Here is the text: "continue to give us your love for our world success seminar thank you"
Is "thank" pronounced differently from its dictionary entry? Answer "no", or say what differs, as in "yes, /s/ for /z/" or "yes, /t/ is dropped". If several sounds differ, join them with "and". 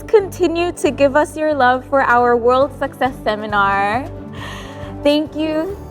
no